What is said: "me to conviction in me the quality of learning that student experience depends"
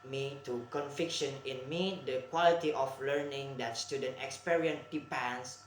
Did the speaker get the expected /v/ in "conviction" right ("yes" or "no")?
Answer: no